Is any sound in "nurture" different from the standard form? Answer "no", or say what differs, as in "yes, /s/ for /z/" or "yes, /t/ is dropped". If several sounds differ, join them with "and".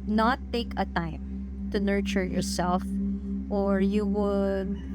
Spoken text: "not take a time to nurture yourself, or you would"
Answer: no